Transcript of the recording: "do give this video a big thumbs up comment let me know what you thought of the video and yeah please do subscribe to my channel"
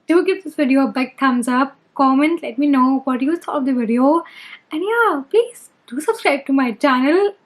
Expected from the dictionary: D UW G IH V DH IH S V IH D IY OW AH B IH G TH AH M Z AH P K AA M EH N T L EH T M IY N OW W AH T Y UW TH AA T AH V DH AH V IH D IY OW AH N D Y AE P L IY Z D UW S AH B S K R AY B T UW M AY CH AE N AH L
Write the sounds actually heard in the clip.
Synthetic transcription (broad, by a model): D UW G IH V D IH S V IH D IY OW B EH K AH M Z AH P K AA M EH N T L EH T M IY N OW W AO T Y UW S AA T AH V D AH V IH D IY OW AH N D Y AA P L IY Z D UW S AH B S K R AY B T UW M AY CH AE N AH L